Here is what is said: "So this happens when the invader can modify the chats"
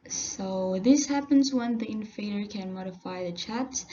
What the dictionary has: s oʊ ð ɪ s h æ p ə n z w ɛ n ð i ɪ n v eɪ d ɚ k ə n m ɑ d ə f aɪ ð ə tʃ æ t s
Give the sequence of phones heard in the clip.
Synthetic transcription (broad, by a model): s oʊ ð ɪ s h æ p ə n z w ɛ n ð i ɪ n f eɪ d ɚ k ə n m ɑ d ə f aɪ ð ə tʃ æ t s